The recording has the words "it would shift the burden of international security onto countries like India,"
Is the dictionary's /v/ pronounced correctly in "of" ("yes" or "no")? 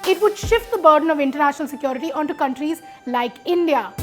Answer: yes